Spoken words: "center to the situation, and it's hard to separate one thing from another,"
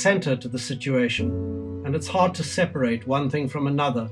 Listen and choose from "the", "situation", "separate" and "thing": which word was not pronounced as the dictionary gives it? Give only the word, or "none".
none